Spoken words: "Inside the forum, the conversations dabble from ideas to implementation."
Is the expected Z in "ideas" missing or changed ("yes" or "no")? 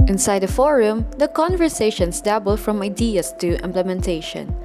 yes